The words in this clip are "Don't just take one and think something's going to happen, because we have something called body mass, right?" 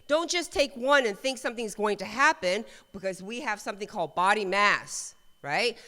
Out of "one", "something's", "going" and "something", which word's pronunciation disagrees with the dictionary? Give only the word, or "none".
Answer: none